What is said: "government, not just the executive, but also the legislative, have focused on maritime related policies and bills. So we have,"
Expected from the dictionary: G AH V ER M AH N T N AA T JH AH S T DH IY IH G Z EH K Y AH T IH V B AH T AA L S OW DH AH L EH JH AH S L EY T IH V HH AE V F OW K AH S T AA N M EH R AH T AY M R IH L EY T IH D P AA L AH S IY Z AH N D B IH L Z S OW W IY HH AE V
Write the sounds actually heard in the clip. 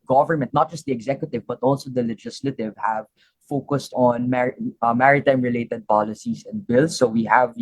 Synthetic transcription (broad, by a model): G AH V ER M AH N T N AA T JH AH S T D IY IH G Z EH K Y AH T IH V B AH T AA L S OW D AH L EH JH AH S L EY T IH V HH AE V F OW K AH S T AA N M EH R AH T AY M R IH L EY T IH D P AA L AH S IY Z AH N D B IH L S OW W IY HH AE V